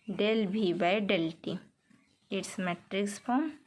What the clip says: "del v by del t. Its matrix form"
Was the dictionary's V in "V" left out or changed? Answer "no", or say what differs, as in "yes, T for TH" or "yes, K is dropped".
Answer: yes, B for V